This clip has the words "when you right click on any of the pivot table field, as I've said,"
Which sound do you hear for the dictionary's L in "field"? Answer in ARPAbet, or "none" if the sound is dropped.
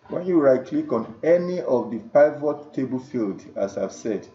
L